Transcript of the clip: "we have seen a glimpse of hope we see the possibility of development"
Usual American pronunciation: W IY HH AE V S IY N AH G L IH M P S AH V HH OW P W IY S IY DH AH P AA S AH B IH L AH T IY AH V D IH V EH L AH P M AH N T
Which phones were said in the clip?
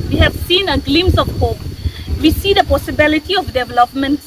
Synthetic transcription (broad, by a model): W IY HH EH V S IY N AH G L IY M S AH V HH OW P W IY S IY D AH P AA S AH B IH L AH T IY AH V D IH V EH L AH P M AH N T